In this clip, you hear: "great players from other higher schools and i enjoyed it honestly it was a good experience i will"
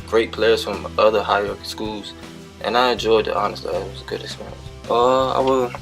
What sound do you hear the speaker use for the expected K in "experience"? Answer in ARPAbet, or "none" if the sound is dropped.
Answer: none